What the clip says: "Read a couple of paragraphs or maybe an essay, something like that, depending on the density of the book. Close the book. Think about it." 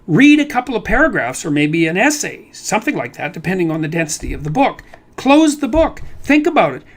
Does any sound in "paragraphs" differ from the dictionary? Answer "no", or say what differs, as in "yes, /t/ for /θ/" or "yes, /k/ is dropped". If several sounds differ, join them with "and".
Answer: no